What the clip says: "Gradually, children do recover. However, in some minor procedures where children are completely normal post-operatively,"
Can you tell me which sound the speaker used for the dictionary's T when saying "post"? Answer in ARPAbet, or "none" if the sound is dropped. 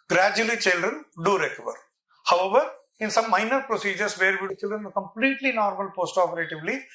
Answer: T